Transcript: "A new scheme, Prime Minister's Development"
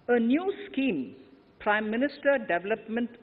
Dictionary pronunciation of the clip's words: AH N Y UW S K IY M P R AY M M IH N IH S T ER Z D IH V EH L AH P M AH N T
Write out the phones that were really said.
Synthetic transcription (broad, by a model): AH N Y UW S K IY M P R AY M M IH N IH S T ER D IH V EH L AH P M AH N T